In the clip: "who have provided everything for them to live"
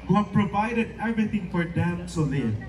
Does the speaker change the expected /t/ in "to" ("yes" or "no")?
yes